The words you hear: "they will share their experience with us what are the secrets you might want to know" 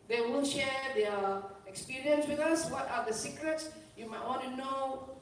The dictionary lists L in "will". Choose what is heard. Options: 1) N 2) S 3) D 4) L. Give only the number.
1